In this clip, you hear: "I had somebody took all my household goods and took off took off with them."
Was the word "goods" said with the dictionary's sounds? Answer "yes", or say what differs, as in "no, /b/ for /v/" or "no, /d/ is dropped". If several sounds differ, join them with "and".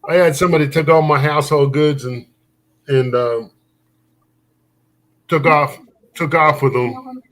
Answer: yes